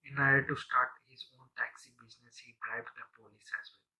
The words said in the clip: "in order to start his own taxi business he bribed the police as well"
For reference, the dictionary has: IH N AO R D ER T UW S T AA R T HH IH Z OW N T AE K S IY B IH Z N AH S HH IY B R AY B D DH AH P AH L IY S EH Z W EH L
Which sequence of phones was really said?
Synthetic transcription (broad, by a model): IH N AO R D T UW S T AA R T HH IH Z OW N T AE K S IY B IH Z N AH S HH IY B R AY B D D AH P AH L IY S EH Z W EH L